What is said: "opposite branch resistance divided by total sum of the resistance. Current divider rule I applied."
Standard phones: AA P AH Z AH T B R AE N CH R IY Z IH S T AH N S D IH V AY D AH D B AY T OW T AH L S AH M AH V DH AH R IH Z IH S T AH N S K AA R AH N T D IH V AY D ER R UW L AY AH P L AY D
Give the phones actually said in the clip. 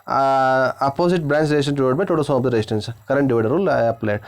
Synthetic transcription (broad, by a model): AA P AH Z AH T B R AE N S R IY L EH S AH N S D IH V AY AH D B AY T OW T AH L S AH M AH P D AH R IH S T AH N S K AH R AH N T D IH V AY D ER R UW L AY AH P L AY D